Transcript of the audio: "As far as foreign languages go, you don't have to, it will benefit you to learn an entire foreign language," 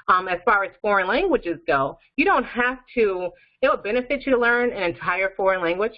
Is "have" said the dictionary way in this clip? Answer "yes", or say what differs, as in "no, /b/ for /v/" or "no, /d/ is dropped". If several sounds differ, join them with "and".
no, /f/ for /v/